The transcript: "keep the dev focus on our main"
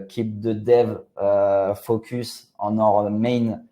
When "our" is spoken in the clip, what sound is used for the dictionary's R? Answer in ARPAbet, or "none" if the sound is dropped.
R